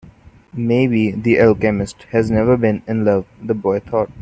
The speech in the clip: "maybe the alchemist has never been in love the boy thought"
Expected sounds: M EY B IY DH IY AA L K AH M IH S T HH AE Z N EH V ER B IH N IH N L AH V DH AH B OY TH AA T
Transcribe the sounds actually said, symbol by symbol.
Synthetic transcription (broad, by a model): M EY B IY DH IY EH L K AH M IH S T HH AE Z N EH V ER B IH N IH N L AH V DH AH B OY T AA T